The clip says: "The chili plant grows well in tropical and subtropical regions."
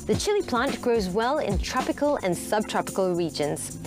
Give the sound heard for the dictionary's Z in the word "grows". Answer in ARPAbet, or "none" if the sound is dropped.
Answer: Z